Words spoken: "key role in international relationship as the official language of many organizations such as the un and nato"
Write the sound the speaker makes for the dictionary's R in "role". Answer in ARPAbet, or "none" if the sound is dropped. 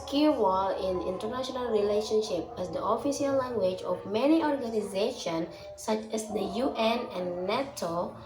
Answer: W